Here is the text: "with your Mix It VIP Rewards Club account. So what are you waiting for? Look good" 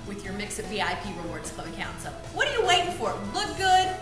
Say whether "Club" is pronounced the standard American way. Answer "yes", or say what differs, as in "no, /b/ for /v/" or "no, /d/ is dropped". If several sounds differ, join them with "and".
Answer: no, /b/ is dropped